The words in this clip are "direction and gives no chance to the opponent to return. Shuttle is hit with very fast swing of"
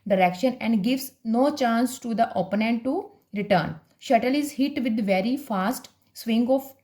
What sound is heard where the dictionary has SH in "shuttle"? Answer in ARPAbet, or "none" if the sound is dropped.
SH